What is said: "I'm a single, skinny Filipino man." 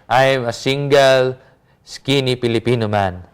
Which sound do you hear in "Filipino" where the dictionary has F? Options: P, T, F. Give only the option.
P